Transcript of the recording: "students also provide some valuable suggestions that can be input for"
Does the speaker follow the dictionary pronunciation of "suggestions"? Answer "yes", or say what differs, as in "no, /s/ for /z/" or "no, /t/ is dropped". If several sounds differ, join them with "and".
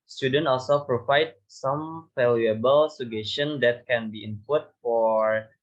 no, /dʒ/ is dropped